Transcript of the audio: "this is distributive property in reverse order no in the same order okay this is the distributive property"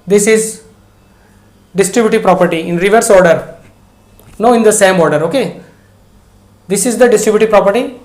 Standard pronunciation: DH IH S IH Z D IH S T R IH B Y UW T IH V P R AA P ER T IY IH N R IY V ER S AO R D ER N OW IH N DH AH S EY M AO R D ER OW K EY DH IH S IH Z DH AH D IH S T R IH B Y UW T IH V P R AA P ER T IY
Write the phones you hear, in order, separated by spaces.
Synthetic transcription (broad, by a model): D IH S IH Z D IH S T R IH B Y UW T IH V P R AA P ER T IY IH N R IY V ER S AO R D ER N OW IH N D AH S EY M AO R D ER OW K EY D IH S IH Z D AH D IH S T R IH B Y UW T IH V P R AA P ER T IY